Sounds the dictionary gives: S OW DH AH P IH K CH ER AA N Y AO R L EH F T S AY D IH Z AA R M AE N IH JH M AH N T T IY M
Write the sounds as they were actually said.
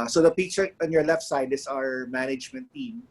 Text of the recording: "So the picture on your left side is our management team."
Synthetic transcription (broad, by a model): S OW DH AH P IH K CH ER AA N Y AO R L EH F T S AY D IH S AA R M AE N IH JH M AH N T T IY M